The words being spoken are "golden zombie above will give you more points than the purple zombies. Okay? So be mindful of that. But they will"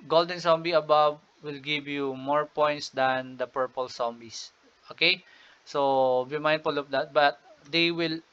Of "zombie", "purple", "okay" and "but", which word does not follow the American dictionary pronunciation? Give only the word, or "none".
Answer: zombie